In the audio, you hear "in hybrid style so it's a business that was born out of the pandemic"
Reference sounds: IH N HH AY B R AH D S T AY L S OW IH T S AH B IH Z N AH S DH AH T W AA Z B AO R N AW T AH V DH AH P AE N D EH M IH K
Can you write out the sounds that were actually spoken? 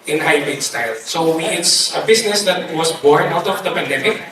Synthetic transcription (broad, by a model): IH N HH AY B AH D S T AY L S OW IH T S AH B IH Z N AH S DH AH T W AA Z B AO R N AW T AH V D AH P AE N D EH M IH K